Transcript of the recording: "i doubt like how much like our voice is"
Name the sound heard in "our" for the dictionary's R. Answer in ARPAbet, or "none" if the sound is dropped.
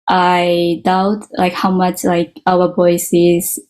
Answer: W